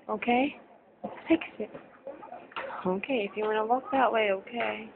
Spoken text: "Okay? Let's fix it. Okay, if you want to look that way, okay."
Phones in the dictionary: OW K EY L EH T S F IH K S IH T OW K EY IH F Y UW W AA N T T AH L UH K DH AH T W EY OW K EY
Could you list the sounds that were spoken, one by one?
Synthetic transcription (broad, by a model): OW K EY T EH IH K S IH T OW K EY IH F Y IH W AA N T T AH W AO K DH AH T W EY OW K EY